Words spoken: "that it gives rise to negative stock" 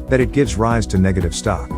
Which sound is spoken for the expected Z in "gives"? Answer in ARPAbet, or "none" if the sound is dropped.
Z